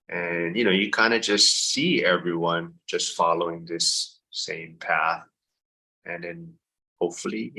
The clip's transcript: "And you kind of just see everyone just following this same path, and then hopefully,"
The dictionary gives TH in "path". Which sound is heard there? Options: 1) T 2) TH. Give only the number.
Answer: 2